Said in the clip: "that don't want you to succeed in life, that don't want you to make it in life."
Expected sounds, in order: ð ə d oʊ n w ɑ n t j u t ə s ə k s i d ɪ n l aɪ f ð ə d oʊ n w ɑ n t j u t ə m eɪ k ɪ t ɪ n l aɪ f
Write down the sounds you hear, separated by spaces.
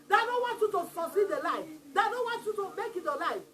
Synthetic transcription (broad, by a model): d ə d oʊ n w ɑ n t j u t ə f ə s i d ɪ l aɪ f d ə d oʊ n w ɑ n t j u t ə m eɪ k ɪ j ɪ l aɪ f